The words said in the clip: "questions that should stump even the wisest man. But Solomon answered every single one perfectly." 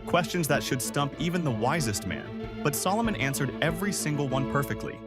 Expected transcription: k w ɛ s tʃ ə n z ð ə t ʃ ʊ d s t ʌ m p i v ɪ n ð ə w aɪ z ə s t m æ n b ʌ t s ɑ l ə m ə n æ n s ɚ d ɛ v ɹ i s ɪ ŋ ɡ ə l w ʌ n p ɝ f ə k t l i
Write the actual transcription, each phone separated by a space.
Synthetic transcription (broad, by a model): k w ɛ s tʃ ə n z ð ə t ʃ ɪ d s t ʌ m p i v ɪ n ð ə w aɪ z ə s t m æ n b ʌ t s ɑ l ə m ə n æ n s ɚ d ɛ v ɹ i s ɪ ŋ ɡ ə l w ʌ n p ɝ f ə k t l i